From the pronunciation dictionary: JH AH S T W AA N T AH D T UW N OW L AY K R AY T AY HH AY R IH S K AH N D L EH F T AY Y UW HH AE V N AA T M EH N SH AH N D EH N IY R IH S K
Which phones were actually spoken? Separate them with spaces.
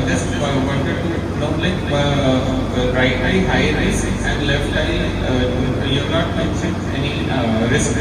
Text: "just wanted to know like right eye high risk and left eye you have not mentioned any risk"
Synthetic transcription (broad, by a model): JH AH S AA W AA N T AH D T UW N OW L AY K R AY T AY HH AY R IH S AH N D L EH F T AY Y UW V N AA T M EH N S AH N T EH N IY R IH S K